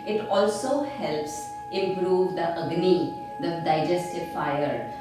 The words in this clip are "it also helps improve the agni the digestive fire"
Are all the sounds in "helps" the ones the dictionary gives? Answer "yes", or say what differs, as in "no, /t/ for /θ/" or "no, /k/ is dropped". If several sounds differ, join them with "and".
yes